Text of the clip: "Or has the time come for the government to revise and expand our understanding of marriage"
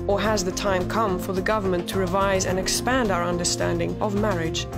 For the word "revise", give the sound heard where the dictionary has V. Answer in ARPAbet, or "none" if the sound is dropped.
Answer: V